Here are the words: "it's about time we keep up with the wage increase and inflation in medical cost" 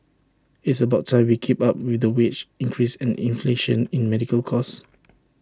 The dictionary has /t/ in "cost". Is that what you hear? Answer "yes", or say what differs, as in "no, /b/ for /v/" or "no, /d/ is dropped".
no, /t/ is dropped